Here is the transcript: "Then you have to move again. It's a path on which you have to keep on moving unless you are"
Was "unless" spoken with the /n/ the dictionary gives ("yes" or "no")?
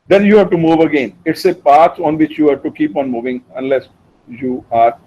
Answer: yes